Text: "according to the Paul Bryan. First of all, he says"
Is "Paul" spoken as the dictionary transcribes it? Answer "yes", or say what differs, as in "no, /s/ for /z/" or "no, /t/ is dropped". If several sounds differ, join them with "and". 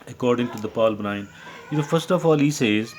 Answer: yes